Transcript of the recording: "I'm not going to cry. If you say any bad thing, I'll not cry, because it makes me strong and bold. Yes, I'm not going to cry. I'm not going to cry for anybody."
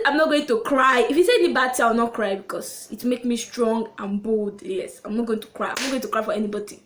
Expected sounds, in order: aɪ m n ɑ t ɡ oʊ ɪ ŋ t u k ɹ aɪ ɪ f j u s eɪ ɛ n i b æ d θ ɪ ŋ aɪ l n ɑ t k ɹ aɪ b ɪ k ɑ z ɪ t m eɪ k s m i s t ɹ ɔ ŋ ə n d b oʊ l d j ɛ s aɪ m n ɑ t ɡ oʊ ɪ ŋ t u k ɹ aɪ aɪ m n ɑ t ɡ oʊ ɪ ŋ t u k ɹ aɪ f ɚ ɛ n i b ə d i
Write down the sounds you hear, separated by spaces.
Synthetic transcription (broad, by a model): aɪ m n ɑ t ɡ oʊ ɪ ŋ t u k ɹ aɪ ɪ f j u s eɪ ɛ n i b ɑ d t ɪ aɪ w n ɑ t k ɹ aɪ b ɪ k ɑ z ɪ t m eɪ k s m i s t ɹ ɔ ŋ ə n b oʊ l d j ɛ s aɪ m n ɑ t ɡ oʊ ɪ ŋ t u k ɹ aɪ aɪ m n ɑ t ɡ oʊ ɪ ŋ t u k ɹ aɪ f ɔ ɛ n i b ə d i